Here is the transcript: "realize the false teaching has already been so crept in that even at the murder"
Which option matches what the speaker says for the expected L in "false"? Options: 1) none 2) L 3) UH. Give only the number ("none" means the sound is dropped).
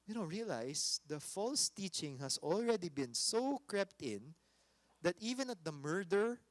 2